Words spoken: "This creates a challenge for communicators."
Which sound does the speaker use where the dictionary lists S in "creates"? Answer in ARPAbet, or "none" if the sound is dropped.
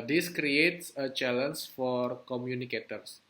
S